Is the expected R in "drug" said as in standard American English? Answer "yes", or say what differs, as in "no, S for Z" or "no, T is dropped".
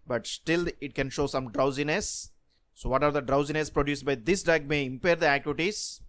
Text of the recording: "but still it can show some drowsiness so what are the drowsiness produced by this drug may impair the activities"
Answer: no, R is dropped